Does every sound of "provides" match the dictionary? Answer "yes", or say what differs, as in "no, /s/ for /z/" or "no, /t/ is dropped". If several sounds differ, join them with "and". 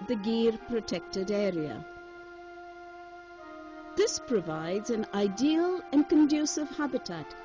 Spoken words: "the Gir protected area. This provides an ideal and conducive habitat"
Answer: yes